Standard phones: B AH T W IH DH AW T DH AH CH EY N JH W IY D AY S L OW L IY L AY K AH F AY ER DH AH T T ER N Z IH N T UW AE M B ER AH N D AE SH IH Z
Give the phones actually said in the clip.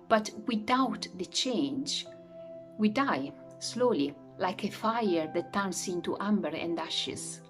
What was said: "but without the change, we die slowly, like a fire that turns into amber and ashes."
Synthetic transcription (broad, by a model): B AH T W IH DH AW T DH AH CH EY N JH W IY D AY S L OW L IY L AY K AH F AY ER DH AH T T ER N S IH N T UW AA M B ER AH N D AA SH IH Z